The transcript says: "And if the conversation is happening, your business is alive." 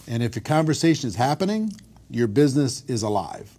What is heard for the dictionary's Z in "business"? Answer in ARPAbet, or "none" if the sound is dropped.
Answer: Z